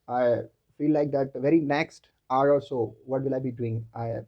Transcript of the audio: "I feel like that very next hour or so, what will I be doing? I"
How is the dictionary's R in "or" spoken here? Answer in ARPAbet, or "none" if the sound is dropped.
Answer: L